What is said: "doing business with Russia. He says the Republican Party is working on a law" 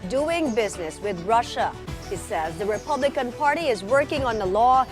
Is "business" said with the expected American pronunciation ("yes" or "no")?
yes